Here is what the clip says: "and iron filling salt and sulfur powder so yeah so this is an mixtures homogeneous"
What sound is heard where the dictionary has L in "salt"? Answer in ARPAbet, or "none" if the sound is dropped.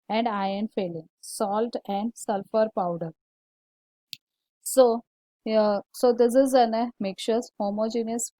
L